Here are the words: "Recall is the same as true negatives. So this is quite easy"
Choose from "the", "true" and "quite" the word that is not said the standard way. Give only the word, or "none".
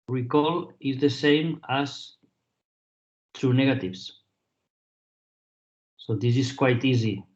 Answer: none